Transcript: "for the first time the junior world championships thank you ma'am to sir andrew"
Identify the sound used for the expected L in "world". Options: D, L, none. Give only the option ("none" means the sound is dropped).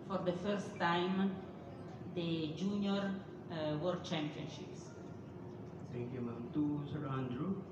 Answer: none